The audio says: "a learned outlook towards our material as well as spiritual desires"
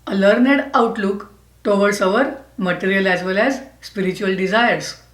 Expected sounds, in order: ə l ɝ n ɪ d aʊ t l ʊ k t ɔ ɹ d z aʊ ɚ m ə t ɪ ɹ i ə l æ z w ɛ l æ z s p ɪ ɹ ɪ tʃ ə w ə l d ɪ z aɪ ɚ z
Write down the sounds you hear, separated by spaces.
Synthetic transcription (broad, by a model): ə l ɝ n ɪ d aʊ t l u k t ɔ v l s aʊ ɚ m ə t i ɹ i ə l æ z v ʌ l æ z s p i ɹ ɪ tʃ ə ə l d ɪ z aɪ ɚ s